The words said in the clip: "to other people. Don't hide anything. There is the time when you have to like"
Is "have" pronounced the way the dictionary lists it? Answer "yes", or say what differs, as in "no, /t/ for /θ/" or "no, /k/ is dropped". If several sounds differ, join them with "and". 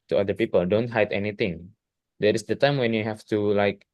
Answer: no, /f/ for /v/